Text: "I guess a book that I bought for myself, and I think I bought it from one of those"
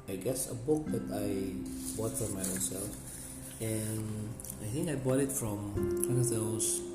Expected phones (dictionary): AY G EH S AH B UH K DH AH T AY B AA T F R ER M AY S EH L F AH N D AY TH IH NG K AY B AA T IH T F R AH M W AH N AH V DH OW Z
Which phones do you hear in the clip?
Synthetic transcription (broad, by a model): AY G EH S AH B UH K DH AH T AY B AA T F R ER M AY S EH L F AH N AY TH IH NG K AY B AA T IH T F R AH M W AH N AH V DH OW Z